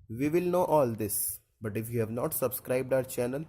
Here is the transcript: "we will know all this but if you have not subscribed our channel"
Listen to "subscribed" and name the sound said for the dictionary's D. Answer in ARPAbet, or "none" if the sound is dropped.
D